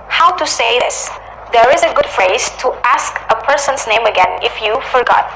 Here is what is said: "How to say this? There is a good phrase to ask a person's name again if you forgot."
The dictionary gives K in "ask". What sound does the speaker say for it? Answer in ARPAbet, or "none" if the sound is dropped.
K